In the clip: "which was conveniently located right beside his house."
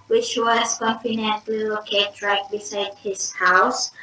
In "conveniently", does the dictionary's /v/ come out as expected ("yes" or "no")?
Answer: no